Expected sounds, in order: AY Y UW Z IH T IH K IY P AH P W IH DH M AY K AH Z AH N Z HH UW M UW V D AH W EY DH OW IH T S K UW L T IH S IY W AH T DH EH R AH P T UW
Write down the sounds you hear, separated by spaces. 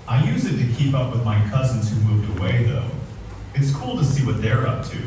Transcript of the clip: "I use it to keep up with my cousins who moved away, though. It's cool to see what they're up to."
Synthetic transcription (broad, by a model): AY Y UW Z IH T IH K IY P AH P W IH DH M AY K AH Z N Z HH UW M UW V D AH W EY DH OW IH T S K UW L T IH S IY W AH T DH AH R AH P T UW